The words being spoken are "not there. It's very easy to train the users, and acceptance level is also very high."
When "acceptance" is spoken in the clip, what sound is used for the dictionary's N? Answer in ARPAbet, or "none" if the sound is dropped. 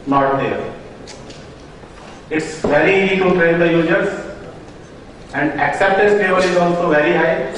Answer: none